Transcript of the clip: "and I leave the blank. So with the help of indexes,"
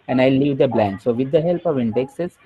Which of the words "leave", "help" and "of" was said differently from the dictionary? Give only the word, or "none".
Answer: none